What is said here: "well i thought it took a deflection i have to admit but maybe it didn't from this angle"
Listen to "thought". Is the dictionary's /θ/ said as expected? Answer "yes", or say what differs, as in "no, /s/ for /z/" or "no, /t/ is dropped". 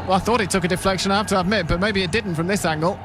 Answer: yes